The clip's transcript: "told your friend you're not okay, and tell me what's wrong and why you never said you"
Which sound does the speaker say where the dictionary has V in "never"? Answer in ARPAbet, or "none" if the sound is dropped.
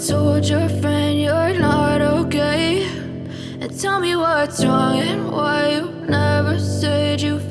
V